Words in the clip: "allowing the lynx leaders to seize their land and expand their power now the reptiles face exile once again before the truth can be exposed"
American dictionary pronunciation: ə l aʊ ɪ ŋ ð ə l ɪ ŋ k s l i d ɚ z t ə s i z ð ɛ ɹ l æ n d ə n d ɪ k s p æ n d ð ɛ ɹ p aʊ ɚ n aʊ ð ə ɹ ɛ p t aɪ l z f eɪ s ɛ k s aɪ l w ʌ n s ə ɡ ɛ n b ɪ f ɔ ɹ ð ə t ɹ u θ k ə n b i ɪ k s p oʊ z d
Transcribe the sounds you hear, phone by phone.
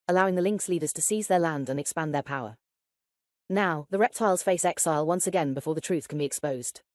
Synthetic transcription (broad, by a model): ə l aʊ ɪ ŋ ð ə l ɪ ŋ k s l i d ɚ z t ə s i z ð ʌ ɹ l æ n d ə n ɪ k s p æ n ð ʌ ɹ p aʊ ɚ n aʊ ð ə ɹ ɛ p t aɪ l z f eɪ s ɛ k s aɪ l w ʌ n s ə ɡ ɛ n b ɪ f ɔ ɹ ð ə t ɹ u θ k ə n b i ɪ k s p oʊ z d